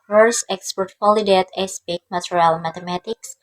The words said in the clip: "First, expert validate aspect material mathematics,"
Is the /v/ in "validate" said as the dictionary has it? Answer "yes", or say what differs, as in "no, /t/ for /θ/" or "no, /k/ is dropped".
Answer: no, /f/ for /v/